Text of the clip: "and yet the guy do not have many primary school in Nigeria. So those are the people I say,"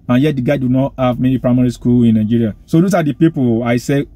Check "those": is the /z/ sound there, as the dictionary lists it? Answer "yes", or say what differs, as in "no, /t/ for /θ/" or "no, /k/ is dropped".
no, /s/ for /z/